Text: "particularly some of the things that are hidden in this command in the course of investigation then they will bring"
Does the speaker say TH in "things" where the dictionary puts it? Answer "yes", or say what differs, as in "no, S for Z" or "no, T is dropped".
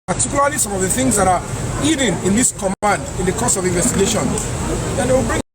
yes